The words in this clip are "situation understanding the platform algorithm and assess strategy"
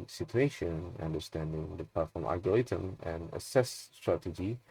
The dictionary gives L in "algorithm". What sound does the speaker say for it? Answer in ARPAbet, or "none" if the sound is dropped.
none